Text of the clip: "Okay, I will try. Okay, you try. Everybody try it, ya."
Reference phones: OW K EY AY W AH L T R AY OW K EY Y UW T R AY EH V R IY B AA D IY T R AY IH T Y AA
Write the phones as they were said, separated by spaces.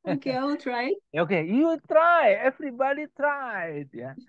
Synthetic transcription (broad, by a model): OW K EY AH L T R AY OW K EY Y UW T R AY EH F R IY B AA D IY T R AY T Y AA